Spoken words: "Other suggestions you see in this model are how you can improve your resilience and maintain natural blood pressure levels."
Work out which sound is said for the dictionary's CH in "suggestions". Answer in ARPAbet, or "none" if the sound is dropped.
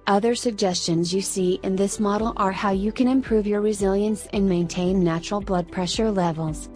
CH